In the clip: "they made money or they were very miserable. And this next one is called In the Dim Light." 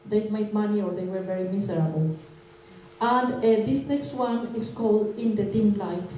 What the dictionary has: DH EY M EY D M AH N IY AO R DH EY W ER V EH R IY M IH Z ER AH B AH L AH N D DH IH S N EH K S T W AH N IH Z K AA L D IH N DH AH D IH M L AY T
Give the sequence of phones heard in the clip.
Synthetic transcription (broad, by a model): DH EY M EY D M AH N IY AO R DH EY W ER V EH R IY M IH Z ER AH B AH L AH N D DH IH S N EH K S T W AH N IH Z K AA L D IH N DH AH D IH M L AY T